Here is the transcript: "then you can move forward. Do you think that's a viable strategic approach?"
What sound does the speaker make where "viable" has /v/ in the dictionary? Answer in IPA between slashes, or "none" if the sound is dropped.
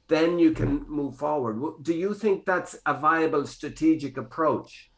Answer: /v/